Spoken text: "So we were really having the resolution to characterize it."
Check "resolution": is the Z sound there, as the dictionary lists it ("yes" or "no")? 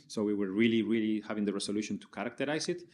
no